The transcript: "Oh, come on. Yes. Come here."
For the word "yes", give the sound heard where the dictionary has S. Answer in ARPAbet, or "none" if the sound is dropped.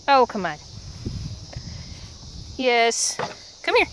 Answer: S